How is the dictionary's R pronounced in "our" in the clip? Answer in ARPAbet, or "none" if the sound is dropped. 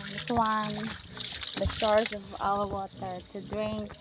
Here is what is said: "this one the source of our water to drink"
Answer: L